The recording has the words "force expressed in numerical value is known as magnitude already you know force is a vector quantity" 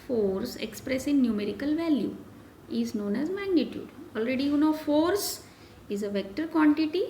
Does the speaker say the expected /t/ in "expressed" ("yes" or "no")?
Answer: no